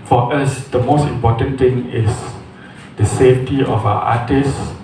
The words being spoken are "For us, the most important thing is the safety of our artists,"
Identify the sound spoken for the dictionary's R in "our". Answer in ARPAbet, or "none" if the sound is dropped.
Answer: W